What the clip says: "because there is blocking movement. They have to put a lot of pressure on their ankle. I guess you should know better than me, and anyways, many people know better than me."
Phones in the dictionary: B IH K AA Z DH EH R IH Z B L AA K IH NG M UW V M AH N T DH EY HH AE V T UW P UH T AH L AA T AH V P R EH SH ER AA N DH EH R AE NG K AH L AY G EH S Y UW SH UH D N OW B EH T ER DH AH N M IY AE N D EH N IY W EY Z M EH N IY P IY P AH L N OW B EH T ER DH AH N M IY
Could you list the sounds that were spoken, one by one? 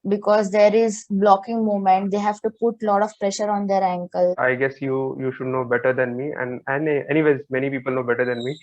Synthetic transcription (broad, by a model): B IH K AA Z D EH R IH Z B L AA K IH NG M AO M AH N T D EY HH AE V T UW P UH T L AA T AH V P R EH SH ER AA N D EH R AE NG K AH L AY G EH S Y UW SH UH D N OW B EH T ER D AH N M IY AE N D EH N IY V EY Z M EH N IY P IY P AH L N OW B EH T ER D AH N M IY